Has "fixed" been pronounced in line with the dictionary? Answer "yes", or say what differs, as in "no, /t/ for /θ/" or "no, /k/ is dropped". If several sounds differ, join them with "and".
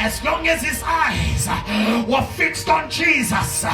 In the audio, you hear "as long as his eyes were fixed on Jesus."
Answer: yes